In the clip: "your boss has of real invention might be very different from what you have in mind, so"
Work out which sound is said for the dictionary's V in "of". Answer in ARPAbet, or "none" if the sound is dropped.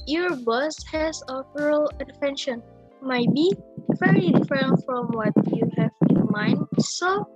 P